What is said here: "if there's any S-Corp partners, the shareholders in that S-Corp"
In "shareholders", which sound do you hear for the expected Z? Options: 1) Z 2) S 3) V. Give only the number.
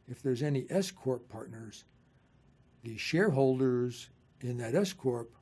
1